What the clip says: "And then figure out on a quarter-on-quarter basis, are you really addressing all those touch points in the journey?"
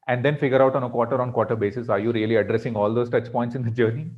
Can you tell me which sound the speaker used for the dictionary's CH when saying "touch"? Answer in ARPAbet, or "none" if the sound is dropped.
CH